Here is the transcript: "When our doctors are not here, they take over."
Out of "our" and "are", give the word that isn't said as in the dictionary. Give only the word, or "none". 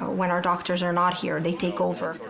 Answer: none